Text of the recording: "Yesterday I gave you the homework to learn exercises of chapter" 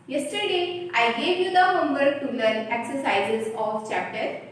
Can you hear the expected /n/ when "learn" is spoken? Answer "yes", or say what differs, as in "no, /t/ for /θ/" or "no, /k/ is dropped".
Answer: no, /n/ is dropped